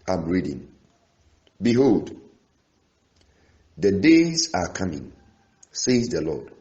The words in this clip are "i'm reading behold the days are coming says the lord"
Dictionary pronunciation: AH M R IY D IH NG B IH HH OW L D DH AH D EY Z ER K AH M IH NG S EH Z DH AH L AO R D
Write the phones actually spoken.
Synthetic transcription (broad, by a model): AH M R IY D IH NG B IH HH OW L D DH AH D EY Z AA K AH M IH NG S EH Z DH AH L AO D